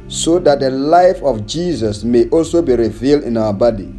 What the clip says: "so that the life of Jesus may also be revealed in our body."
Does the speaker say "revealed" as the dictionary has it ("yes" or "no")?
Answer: yes